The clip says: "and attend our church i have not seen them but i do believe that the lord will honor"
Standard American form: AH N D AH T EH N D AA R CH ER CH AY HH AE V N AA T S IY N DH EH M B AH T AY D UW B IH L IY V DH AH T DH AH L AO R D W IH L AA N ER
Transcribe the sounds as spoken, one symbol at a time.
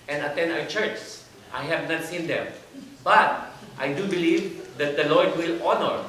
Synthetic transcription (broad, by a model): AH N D AH T EH N D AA W CH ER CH AY HH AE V N AA T S IY N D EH M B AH T AY D UW B IH L IY V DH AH T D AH L AO R D W IH L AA N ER